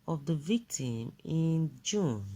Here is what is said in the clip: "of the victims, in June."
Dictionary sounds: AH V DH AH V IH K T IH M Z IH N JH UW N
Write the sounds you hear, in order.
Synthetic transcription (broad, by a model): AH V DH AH V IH K T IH M IH N JH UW N